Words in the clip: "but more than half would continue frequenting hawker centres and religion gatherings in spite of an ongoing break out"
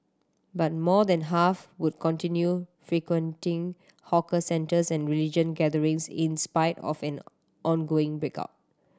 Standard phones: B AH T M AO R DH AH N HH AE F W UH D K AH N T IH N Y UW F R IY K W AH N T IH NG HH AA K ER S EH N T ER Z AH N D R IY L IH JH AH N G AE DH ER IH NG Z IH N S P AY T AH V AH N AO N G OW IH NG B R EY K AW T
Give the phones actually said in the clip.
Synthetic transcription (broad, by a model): B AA T M AO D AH N HH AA F W UH D K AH N T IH N Y UW F R IY K W AH N T IH NG HH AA K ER S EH N T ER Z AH N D R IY L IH JH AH N G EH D ER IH NG S IH N S P AY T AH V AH N AO N G OW IH NG B R EY K AW T